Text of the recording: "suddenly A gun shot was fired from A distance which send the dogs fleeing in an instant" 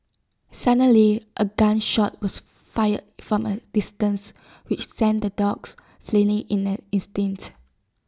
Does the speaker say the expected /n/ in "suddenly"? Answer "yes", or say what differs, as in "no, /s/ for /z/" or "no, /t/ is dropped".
no, /n/ is dropped